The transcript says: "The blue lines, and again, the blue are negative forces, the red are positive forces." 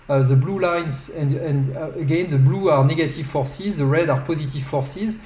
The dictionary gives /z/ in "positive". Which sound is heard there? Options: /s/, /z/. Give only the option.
/z/